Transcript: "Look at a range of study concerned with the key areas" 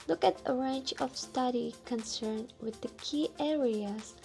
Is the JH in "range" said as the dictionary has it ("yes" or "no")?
no